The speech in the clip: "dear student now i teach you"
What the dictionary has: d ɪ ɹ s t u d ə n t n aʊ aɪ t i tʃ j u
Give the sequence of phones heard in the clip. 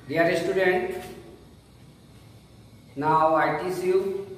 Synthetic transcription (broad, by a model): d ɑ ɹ s t u d ə n t n aʊ aɪ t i s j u